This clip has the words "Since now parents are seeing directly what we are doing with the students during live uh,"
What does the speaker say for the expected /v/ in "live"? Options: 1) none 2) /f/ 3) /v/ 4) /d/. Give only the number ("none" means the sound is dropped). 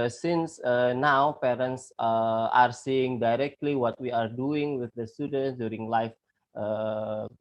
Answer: 2